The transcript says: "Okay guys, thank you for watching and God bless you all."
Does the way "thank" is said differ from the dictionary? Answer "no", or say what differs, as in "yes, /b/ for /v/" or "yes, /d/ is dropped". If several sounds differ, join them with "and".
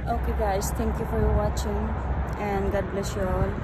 yes, /t/ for /θ/